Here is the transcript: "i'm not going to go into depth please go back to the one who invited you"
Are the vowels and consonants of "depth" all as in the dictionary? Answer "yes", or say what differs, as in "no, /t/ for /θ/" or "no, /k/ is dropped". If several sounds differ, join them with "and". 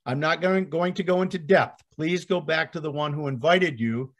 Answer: yes